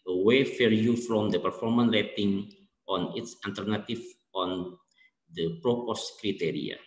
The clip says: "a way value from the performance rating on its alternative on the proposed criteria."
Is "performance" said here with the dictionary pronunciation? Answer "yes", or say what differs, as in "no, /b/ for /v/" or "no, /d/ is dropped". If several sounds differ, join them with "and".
no, /s/ is dropped